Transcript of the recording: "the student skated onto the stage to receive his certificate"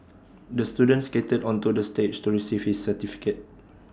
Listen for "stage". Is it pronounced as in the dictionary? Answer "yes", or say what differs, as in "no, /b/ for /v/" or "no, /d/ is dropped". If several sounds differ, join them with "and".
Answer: no, /tʃ/ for /dʒ/